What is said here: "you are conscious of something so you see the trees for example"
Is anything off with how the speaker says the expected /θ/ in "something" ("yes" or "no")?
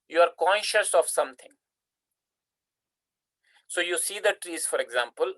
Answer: yes